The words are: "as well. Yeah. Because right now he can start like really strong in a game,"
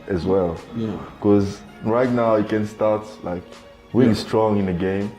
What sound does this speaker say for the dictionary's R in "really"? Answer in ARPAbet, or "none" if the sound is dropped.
W